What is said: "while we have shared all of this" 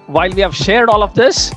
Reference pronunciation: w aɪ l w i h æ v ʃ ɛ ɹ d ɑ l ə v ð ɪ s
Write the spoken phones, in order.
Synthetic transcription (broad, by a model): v aɪ l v i h æ v ʃ ɛ ɹ d ɑ l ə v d ɪ s